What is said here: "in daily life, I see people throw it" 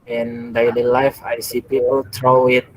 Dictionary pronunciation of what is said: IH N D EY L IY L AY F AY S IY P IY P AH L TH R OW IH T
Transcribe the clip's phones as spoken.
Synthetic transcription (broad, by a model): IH N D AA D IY L AY F AY S IY P IY P AH L T R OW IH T